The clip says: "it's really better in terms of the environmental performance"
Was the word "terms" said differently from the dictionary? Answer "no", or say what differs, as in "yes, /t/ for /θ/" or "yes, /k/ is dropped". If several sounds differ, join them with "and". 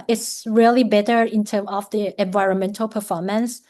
yes, /z/ is dropped